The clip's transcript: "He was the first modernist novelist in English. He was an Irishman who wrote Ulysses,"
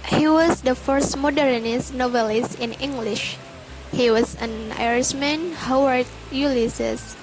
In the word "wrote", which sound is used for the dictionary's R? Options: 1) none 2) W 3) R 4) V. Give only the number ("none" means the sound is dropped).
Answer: 2